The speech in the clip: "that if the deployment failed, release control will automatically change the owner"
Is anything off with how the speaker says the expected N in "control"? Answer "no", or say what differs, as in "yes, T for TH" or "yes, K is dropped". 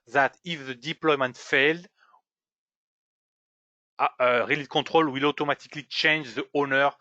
yes, N is dropped